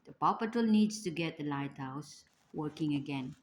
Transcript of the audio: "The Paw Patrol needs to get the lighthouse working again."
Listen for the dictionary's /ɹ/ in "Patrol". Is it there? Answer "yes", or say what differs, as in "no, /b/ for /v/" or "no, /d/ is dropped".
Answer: no, /ɹ/ is dropped